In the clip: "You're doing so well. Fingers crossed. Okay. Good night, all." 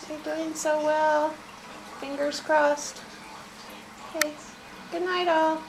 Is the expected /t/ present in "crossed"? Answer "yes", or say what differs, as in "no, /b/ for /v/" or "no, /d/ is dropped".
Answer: yes